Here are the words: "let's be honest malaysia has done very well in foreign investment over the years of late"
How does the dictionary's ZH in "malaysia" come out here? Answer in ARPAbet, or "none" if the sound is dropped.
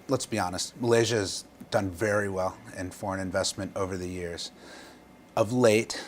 ZH